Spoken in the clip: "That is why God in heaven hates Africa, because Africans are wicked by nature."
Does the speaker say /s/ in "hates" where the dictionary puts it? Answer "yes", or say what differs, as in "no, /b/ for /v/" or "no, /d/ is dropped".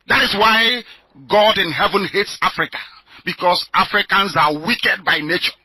yes